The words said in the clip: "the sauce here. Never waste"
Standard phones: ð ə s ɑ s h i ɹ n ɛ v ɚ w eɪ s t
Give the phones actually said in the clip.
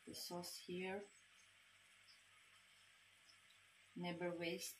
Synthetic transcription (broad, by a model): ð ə s ɑ s h i ɹ n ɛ b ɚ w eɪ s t